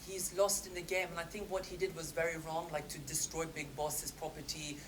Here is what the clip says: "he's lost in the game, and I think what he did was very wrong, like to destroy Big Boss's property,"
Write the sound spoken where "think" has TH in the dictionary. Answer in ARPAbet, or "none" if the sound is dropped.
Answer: TH